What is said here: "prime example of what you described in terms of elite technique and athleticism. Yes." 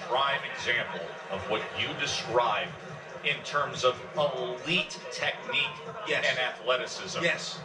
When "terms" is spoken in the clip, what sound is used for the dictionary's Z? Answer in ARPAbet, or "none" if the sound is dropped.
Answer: Z